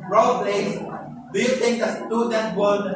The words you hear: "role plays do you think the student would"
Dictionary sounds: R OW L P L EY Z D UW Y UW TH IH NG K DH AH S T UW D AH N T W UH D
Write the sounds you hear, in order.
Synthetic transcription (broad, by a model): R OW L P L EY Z D UW Y UW T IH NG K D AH S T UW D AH N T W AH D